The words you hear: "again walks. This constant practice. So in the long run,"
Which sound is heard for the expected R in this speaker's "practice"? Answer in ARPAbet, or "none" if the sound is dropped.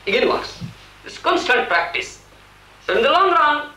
R